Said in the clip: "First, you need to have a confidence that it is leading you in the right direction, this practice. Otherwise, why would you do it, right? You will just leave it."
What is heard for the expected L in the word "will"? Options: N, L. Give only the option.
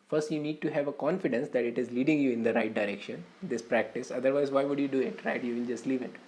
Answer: N